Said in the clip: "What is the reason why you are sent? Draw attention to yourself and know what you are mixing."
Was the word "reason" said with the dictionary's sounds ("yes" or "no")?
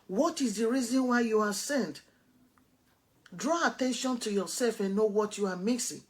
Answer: yes